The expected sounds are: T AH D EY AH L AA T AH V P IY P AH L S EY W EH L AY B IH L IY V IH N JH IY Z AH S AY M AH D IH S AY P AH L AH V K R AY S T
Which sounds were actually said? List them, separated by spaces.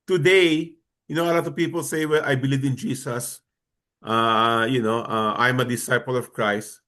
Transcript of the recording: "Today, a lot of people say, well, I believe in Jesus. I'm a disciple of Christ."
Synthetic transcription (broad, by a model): T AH D EY AH L AA T AH V P IY P AH L S EY W EH L AY B IH L IY V IH N JH IY S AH S AY M AH D IH S AY P AH L AH V K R AY S T